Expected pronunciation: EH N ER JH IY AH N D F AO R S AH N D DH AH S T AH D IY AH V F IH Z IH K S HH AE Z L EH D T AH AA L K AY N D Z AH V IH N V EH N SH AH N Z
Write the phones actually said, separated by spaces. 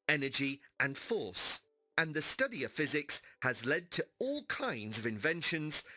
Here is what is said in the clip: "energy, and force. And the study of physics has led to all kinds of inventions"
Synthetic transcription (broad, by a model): EH N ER JH IY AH N F AO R S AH N DH AH S T AH D IY AH V F IH Z IH K S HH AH Z L EH D T AH AA L K AY N D Z AH V IH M V EH N SH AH N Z